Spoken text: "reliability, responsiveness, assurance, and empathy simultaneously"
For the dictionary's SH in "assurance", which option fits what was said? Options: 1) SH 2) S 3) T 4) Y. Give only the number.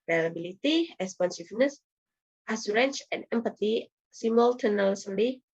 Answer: 2